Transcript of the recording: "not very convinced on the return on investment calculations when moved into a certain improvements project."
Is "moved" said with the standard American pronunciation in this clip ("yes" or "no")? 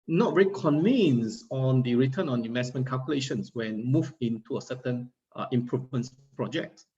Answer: no